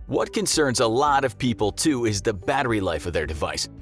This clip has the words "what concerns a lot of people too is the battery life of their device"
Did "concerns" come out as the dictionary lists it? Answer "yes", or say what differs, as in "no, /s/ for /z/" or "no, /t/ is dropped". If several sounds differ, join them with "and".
yes